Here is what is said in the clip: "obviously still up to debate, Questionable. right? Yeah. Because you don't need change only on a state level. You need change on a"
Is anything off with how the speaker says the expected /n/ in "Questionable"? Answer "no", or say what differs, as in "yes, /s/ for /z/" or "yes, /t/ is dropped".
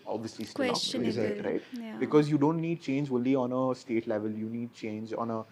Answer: yes, /n/ is dropped